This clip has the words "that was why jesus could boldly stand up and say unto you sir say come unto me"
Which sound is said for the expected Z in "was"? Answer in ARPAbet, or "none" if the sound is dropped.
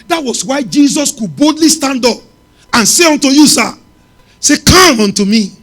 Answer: S